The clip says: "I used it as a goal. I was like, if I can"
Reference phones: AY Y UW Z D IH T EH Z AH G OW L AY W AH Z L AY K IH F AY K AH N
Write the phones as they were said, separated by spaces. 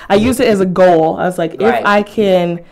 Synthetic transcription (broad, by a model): AY Y UW Z IH T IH Z AH G OW L AY W AH Z L AY K IH F AY K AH N